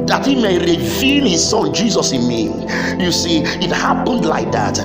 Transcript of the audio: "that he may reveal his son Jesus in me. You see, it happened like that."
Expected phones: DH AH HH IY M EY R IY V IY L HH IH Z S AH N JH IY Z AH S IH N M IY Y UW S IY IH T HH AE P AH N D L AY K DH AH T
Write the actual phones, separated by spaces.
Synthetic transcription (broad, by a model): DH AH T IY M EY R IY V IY N HH IH Z S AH N JH IY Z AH S IH N M IY Y UW S IY IH T HH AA P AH N D L AY K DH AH T